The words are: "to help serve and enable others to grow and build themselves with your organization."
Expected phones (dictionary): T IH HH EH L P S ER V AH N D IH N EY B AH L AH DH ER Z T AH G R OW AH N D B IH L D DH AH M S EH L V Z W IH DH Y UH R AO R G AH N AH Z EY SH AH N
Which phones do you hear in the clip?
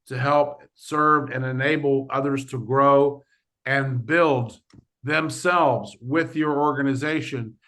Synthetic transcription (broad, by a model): T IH HH EH L P S ER V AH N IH N EY B L AH DH ER Z T AH G R OW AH N B IH L D DH AH M S EH L V Z W IH DH Y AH R AO R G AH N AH Z EY SH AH N